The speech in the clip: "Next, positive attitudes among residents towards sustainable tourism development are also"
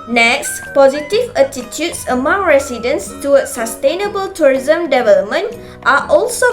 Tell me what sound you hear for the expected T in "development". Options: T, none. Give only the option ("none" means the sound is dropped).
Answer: T